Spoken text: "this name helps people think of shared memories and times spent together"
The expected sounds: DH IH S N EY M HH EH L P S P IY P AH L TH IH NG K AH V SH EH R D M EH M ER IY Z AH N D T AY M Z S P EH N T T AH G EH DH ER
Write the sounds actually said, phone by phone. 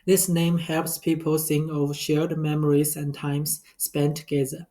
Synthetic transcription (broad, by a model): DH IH S N EY M HH EH L P S P IY P AH L S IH NG AH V SH EH R D M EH M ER IY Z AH N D T AY M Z S P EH N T T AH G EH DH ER